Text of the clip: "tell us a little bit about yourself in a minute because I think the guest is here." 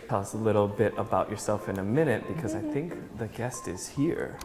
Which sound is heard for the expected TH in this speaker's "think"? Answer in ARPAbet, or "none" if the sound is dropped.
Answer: TH